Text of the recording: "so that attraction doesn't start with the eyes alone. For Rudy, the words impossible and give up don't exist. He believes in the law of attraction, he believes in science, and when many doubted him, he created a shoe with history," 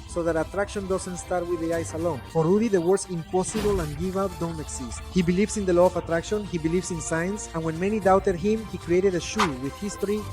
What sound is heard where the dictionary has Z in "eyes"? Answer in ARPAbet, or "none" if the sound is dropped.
S